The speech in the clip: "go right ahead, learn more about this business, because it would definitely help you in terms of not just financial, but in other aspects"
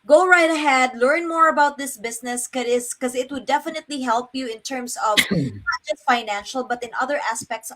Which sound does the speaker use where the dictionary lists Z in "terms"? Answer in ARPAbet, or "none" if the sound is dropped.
S